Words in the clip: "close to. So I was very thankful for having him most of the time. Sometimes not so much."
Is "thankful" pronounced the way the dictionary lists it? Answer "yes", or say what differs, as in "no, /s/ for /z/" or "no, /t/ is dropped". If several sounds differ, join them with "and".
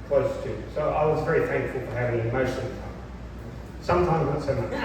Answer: yes